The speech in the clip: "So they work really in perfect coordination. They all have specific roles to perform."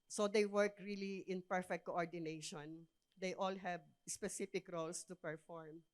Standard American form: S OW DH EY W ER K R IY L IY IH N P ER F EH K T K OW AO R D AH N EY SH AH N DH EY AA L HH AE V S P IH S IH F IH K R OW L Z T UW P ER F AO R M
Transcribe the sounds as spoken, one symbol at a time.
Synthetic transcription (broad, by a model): S OW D EY W ER K R IY L IY IH N P ER F EH K T K OW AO R D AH N EY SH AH N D EY AA L HH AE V S P IH S IH F IH K R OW L S T UW P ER F AO R M